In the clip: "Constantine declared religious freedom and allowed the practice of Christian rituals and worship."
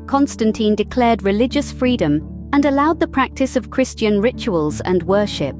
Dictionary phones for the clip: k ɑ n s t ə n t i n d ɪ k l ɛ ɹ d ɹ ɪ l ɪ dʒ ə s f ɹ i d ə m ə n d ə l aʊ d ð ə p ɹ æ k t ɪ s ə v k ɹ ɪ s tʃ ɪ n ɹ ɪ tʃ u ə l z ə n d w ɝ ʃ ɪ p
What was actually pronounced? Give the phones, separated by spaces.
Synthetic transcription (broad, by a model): k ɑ n s t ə n t i n d ɪ k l ɛ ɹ d ɹ ɪ l ɪ dʒ ə s f ɹ i d ə m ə n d ə l aʊ d ð ə p ɹ æ k t ɪ s ə v k ɹ ɪ s tʃ ɪ n ɹ ɪ tʃ u ə l z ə n w ɝ ʃ ɪ p